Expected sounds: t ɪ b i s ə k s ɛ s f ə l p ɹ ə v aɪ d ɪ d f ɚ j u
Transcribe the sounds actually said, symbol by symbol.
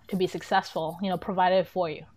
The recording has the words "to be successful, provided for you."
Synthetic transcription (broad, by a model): t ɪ b i s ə k s ɛ s f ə n p ɹ ə v aɪ d ɪ d f ɚ j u